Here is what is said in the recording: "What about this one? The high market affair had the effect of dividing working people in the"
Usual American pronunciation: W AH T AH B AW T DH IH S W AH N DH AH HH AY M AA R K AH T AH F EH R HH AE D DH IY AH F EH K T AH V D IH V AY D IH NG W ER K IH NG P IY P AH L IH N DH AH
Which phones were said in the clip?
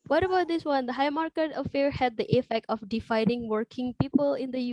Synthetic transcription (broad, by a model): W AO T AH B AW T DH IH S W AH N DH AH HH AY M AA R K AH T AH F EH R HH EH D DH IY AH F EH K T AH F D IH F AY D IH NG W ER K IH NG P IY P AH L IH N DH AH